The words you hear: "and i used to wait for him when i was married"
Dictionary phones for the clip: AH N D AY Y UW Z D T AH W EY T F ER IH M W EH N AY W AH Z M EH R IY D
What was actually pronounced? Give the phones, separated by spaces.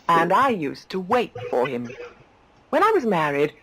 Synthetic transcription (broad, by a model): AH N AY Y UW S T AH W EY T F ER IH M W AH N AY W AH Z M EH R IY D